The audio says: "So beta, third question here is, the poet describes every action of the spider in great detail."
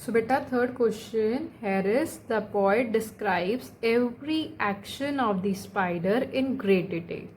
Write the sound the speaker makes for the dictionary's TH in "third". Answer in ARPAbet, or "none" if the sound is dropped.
T